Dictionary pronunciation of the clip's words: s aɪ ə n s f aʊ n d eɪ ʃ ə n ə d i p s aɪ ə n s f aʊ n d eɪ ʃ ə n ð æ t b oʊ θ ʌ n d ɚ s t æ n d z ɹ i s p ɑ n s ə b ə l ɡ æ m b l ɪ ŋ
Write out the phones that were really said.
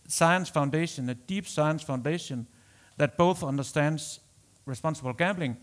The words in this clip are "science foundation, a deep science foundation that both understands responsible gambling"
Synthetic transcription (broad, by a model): s aɪ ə n s f aʊ n d eɪ ʃ ə n ə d i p s aɪ ə n s f aʊ n d eɪ ʃ ə n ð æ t b oʊ θ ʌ n d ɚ s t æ n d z ɹ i s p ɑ n s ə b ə l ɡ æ m b l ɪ ŋ